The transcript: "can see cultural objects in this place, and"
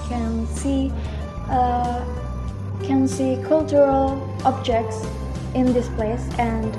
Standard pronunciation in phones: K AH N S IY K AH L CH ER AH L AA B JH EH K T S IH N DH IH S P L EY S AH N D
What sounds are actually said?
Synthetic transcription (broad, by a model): K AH N S IY K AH L CH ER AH L AA B JH EH K T S IH N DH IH S P L EY S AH N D